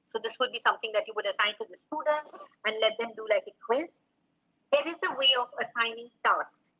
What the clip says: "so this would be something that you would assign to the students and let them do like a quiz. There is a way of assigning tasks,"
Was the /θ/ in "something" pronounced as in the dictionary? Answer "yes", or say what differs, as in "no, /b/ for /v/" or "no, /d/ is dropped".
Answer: no, /t/ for /θ/